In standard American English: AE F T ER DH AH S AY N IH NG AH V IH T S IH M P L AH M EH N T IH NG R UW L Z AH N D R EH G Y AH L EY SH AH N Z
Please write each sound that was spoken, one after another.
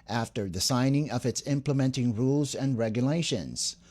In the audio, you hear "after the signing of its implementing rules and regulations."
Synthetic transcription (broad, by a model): AE F T ER DH AH S AY N IH NG AH V IH T S IH M P L AH M EH N T IH NG R UW L Z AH N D R EH G Y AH L EY SH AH N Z